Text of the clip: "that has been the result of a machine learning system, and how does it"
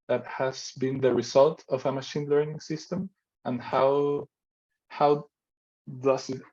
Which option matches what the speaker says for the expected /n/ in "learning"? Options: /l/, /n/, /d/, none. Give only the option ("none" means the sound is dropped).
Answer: /n/